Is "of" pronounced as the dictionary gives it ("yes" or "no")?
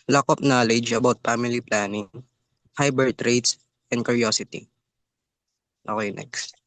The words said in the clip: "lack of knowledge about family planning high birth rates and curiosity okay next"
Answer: no